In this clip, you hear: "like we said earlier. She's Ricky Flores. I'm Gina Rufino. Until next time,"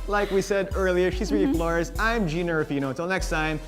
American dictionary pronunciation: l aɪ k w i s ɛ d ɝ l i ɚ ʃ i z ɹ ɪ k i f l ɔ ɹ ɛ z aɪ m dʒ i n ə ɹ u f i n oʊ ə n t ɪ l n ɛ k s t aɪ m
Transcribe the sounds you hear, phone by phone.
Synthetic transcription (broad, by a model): l aɪ k w i s ɛ d ɝ l i ɚ ʃ i z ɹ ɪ i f l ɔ ɹ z aɪ m dʒ i n ə ɹ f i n oʊ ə t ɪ l n ɛ k s t aɪ m